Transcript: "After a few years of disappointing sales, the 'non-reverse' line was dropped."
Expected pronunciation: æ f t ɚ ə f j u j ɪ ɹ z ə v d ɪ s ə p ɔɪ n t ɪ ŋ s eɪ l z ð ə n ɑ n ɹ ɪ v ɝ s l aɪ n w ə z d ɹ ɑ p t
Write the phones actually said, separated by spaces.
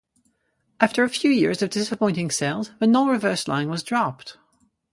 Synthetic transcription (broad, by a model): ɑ f t ɚ ə f j u j ɪ ɹ z ə v d ɪ s ə p ɔɪ n t ɪ ŋ s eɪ l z ð ə n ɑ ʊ ɹ ɪ v ɝ s l aɪ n w ə z d ɹ ɑ p t